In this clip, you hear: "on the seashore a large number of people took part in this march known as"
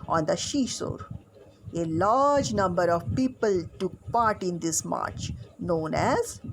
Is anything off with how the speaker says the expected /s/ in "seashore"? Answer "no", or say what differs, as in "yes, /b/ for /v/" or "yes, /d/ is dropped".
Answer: yes, /ʃ/ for /s/